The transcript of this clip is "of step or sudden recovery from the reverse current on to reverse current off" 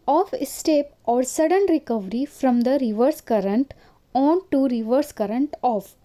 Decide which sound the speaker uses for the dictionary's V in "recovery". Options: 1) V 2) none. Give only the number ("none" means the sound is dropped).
1